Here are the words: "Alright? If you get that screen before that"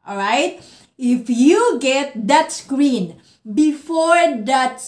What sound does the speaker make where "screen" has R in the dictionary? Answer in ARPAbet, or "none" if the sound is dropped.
R